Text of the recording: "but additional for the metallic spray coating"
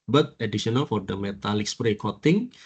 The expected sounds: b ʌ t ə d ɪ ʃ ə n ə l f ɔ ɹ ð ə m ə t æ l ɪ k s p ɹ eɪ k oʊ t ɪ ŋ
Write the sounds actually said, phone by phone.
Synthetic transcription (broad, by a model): b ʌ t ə d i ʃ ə n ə l f ɔ ɹ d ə m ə t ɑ l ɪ k s p ɹ eɪ k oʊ t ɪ ŋ